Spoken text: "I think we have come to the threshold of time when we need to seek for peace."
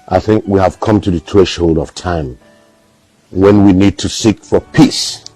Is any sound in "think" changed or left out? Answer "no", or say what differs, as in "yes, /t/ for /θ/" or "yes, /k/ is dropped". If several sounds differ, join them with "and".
no